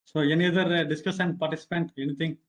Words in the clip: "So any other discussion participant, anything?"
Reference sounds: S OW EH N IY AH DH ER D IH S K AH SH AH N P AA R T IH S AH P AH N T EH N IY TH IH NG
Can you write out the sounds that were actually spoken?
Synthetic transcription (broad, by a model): S OW EH N IY AH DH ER D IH S K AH S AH N P AA R T IH S AH P AH N T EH N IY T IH NG